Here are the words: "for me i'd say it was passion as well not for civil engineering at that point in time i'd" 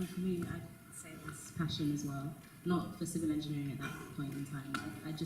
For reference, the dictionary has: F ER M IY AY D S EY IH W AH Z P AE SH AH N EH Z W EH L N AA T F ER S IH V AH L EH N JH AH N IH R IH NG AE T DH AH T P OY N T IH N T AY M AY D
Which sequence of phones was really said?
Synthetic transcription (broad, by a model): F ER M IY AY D S EY IH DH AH S P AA SH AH N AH Z W EH L N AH T F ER S IH V AH L EH N JH AH N IH R IH NG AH T DH AH T P OY N T IH N T AY M AY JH